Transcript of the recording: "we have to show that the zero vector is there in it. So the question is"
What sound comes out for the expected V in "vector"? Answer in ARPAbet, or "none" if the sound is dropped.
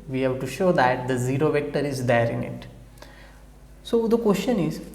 V